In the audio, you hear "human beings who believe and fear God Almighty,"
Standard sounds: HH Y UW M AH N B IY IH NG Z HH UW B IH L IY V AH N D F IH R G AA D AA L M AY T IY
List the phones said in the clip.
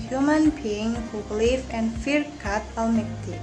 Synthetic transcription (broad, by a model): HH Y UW M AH N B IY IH NG HH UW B L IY F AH N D F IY R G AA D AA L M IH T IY